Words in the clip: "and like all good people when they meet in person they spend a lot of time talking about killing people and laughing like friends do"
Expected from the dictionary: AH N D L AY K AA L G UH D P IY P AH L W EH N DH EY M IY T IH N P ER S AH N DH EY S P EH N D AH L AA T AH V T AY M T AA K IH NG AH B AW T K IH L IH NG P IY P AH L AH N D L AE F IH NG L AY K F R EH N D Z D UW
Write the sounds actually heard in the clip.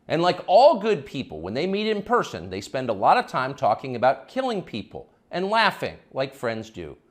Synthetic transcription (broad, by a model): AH N L AY K AA L G UH D P IY P L W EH N DH EY M IY T IH N P ER S AH N DH EY S P EH N D AH L AA T AH V T AY M T AA K IH NG AH B AW T K IH L IH NG P IY P L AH N L AE F IH NG L AY K F R EH N D Z D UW